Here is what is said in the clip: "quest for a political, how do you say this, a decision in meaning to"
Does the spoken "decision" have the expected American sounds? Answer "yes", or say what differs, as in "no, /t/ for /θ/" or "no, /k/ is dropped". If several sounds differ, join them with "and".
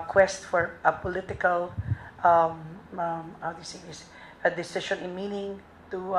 no, /ʃ/ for /ʒ/